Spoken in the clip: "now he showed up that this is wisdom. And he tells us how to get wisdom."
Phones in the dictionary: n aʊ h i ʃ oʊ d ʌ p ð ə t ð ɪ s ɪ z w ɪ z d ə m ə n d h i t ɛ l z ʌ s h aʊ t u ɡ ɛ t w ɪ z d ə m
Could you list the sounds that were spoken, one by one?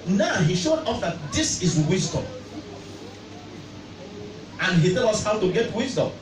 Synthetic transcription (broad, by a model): n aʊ h i ʃ oʊ d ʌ f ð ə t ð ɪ s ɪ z w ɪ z d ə m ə n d h i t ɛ l ʌ s h aʊ t u ɡ ɛ t w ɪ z d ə m